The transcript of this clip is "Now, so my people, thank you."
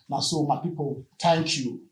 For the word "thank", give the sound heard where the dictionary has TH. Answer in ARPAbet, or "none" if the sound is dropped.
T